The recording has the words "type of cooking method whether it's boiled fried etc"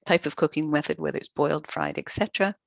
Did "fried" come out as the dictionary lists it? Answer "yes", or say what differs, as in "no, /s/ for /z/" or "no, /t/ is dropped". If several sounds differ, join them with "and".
yes